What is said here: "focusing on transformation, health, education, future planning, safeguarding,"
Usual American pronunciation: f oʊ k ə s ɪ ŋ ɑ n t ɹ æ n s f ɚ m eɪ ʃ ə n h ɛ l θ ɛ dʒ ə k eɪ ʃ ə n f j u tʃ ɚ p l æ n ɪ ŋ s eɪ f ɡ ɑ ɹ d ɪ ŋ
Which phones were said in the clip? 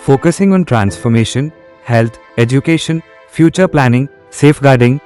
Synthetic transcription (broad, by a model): f oʊ k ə s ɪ ŋ ɑ n t ɹ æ n s f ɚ m eɪ ʃ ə n h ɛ l t ɛ dʒ ə k eɪ ʃ ə n f j u tʃ ɚ p l æ n ɪ ŋ s eɪ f ɡ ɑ ɹ d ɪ ŋ